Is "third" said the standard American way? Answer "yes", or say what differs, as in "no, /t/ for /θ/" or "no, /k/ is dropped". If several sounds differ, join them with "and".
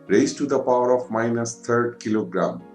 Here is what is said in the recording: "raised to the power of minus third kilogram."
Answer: no, /t/ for /θ/